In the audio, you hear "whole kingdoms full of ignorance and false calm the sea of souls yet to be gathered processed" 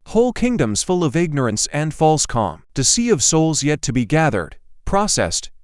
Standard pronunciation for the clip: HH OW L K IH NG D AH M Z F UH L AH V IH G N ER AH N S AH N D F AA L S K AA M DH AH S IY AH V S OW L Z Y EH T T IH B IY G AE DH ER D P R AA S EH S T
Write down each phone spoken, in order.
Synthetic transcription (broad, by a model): HH OW L K IH NG D AH M Z F UH L AH V IH G N ER AH N S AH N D F AA L S K AA M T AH S IY AH V S OW L Z Y EH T T IH B IY G AE DH ER D P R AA S EH S T